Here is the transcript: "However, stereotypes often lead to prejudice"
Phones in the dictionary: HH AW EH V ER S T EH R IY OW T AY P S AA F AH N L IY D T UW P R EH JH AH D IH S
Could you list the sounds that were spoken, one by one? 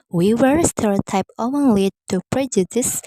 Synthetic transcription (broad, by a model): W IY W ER S T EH R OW T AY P AA AH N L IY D T UW P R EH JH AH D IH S